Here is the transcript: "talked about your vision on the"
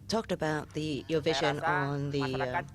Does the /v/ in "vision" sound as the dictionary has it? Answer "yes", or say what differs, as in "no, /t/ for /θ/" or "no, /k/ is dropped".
yes